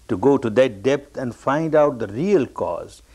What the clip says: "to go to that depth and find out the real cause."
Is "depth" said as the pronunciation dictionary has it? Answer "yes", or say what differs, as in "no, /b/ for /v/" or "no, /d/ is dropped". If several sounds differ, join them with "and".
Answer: no, /t/ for /θ/